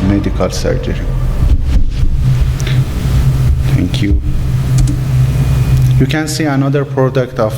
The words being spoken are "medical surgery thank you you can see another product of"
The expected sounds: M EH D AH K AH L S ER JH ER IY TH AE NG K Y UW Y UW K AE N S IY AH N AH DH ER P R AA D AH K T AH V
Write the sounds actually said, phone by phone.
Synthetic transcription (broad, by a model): M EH D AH K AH L S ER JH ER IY T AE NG K Y UW Y UW K AE N S IY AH N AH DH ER P R AA D AH K T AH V